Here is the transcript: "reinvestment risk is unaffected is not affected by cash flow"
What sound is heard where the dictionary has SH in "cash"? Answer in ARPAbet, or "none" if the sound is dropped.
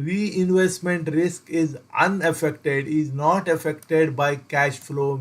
SH